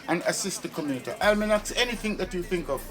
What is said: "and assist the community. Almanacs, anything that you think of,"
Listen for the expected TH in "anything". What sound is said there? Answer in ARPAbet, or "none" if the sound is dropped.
TH